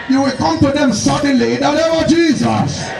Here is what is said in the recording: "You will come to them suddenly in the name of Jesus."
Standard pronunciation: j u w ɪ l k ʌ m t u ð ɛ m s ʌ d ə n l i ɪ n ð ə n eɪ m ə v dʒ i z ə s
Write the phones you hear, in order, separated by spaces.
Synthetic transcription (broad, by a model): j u w ɪ l k ʌ m t u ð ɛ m s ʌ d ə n l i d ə l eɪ ə dʒ i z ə s